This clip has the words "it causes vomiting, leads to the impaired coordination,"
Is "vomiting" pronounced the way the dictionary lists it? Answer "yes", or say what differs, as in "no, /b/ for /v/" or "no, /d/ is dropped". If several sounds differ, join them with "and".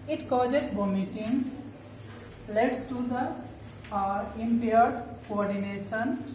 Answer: no, /b/ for /v/